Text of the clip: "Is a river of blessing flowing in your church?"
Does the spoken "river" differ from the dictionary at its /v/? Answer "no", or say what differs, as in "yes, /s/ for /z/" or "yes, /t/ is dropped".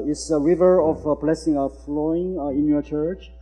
no